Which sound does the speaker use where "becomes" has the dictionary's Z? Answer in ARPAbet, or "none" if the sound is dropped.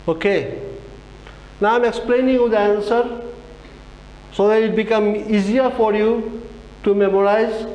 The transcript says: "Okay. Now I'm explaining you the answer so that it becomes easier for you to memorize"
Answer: none